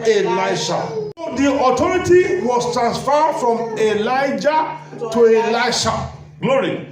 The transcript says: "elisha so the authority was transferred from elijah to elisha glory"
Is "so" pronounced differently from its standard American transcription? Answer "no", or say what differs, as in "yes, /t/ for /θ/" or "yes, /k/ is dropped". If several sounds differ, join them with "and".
yes, /ʃ/ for /s/